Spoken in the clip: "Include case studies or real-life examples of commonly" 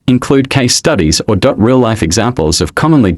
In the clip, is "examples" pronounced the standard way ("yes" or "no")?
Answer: yes